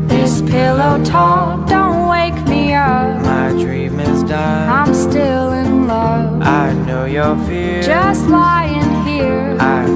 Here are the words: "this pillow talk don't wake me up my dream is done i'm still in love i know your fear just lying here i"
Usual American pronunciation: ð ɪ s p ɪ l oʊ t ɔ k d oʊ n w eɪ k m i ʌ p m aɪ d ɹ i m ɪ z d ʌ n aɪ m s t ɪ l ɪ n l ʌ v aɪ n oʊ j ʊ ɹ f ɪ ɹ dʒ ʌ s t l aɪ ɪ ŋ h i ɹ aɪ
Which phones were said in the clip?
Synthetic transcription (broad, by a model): ð ɪ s p ɪ l oʊ t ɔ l d oʊ n w eɪ k m i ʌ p m aɪ d ɹ i m ɪ z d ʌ aɪ m s t ɪ l ɪ n l ʌ v aɪ n oʊ j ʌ ɹ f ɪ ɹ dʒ ʌ s t l aɪ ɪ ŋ h i ɹ aɪ